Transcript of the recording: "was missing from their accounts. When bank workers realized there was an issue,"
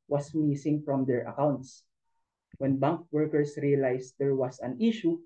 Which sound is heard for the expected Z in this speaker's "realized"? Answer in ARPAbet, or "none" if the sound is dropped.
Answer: S